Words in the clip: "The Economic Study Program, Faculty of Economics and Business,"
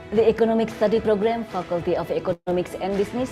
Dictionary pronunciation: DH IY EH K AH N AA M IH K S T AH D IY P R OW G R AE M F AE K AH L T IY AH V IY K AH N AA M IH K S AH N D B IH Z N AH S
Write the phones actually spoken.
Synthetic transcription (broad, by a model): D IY EH K AH N AA M IH K S T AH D IY P R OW G R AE M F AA K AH L T IY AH P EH K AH AA M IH K S AH N D B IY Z N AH S